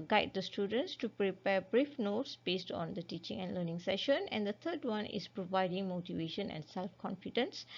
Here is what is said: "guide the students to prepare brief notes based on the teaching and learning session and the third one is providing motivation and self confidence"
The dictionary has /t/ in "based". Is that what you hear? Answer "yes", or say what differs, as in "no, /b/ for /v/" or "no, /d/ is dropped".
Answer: yes